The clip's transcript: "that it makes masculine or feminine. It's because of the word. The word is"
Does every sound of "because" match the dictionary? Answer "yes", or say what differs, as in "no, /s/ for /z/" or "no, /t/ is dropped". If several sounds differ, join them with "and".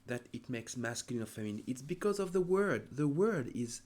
yes